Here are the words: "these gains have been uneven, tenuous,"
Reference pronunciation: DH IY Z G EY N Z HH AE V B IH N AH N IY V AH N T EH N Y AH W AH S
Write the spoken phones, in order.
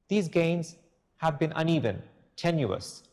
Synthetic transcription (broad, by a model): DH IY Z G EY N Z HH AE V B IH N AH N IY V AH N T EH N Y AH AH S